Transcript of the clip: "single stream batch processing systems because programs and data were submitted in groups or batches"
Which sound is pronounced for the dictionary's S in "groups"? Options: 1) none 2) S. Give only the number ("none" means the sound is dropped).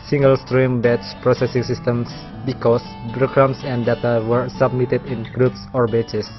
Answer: 2